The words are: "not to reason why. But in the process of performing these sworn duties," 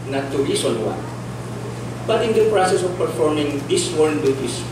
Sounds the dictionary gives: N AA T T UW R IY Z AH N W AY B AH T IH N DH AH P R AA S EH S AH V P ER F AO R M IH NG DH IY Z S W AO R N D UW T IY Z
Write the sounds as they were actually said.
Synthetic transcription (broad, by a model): N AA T T UW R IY S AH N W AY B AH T IH N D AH P R AA S EH S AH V P ER F AO R M IH NG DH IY S W AO R N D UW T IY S